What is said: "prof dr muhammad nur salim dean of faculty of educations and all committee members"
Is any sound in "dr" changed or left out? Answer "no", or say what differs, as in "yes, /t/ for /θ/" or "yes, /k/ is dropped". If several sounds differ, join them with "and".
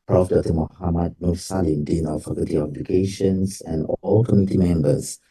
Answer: yes, /k/ is dropped